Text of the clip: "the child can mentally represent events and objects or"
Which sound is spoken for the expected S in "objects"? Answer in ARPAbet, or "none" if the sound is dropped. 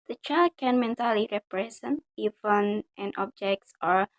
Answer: S